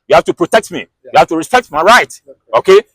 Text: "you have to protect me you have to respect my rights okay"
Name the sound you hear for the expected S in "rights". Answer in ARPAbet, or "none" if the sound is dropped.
none